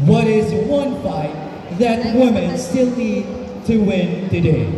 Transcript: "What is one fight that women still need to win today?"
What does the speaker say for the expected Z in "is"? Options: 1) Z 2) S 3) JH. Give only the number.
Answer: 1